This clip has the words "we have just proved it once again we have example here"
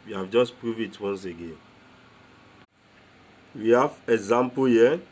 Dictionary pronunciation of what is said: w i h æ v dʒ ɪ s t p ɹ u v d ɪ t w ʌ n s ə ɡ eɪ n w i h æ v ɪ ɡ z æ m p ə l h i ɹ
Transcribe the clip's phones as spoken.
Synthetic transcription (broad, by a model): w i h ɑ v dʒ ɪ s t p ɹ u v ɪ t w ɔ n s ə ɡ eɪ n w i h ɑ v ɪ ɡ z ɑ m p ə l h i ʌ